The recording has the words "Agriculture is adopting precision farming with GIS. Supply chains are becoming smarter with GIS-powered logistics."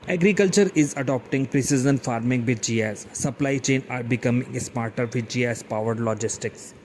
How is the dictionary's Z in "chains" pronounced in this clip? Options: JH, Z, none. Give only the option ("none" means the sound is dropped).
none